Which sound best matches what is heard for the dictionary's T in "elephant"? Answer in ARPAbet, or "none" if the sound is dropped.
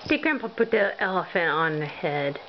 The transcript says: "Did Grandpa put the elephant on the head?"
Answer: none